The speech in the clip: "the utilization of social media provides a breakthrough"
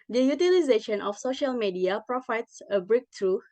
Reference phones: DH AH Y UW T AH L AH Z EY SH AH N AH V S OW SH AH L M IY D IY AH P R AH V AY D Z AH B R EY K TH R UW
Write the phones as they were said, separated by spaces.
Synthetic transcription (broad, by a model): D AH Y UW T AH L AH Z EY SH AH N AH F S OW SH AH L M IY D IY AH P R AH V AY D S AH B R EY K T R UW